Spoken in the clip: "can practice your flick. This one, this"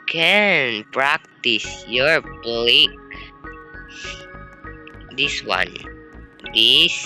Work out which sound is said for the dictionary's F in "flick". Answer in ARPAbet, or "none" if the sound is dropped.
P